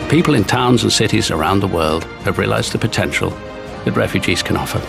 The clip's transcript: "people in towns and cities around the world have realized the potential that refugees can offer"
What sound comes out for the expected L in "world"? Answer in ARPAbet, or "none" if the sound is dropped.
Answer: L